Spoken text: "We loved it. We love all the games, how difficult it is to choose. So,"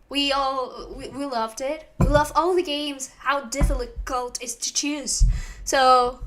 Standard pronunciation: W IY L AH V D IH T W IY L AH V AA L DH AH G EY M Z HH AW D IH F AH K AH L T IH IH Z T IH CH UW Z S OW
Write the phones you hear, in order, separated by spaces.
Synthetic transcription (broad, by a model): W IY L AH V D IH T W IY L AH V AA L DH AH G EY M Z HH AW D IH F AH K AH L T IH IH Z T IH CH UW Z S OW